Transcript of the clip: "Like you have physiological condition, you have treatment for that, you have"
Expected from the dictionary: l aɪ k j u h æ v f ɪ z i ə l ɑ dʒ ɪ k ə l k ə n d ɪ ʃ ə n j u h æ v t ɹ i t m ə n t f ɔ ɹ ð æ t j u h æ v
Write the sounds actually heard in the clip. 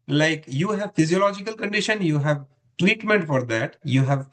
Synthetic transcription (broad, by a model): l aɪ k j u h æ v f ɪ z i ə l ɑ dʒ ɪ k ə l k ə n d ɪ ʃ ə n j u h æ v t w i t m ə n t f ɔ ɹ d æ t j u h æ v